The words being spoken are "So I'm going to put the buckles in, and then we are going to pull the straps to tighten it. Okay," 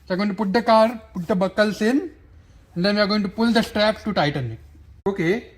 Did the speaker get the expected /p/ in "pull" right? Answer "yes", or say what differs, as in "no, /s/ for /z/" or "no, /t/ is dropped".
yes